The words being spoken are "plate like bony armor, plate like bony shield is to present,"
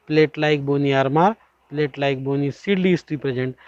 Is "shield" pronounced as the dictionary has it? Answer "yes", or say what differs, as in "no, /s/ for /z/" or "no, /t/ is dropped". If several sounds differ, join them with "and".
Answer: no, /s/ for /ʃ/